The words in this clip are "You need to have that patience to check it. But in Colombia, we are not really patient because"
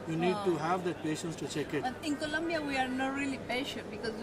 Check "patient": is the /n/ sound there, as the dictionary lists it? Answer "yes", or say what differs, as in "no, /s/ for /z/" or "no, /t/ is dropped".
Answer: no, /n/ is dropped